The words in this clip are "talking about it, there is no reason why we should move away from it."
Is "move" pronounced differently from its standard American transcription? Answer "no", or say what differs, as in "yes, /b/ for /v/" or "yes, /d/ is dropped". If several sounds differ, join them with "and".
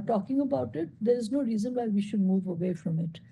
no